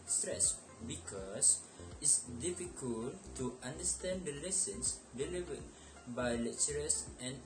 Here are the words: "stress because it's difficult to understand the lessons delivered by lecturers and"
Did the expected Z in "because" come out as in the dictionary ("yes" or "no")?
no